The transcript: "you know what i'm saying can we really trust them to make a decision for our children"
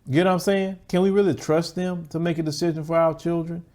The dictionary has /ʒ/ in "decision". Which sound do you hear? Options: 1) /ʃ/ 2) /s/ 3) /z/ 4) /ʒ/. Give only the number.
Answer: 4